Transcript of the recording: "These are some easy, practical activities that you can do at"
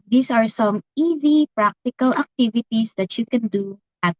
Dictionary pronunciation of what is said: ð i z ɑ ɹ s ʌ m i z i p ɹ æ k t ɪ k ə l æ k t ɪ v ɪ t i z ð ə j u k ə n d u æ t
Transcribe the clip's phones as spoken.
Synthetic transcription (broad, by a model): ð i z ɑ ɹ s ʌ m i z i p ɹ æ k t ɪ k ə l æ k t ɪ v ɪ t i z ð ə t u k ə n d u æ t